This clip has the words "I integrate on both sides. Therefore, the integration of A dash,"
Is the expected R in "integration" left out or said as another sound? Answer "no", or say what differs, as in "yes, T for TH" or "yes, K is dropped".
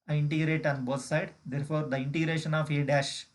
no